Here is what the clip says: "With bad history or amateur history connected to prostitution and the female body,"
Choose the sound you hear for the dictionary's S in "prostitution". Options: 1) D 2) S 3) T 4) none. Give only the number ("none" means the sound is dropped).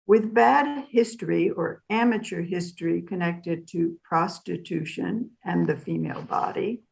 2